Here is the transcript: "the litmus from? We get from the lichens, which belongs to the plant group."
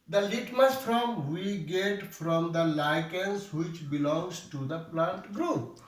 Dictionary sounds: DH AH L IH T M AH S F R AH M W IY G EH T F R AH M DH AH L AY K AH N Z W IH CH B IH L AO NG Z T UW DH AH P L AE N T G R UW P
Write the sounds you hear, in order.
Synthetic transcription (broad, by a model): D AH L IH T M AH S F R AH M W IY G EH T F R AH M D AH L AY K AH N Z W IH CH B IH L AO NG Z T UW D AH P L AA N T G R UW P